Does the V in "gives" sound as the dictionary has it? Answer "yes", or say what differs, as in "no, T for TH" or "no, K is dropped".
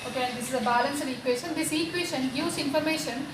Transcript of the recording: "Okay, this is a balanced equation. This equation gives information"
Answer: no, V is dropped